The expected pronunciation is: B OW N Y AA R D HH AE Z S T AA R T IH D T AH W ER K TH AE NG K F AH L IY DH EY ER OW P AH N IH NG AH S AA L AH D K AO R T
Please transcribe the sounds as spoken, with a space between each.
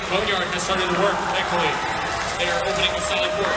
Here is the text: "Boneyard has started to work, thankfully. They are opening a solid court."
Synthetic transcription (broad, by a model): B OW N Y AA R D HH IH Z S T AA R T IH D T AH W ER K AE K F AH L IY DH EY ER OW P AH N IH NG AH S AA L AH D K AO R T